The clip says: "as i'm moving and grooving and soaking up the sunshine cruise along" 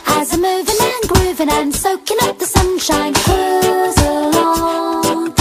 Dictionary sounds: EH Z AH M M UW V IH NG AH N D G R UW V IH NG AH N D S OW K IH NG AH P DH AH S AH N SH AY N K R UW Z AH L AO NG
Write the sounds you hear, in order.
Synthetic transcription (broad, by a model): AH Z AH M M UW V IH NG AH N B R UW V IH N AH N S OW K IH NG AH P DH AH S AH N SH AY N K AO Z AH L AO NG